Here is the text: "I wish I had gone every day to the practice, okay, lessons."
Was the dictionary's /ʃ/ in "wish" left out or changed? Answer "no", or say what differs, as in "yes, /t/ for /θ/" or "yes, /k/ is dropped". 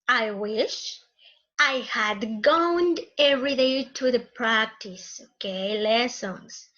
no